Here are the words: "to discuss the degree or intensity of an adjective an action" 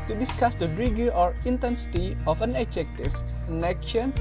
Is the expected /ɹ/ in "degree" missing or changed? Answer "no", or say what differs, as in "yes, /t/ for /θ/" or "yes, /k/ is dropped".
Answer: yes, /ɹ/ is dropped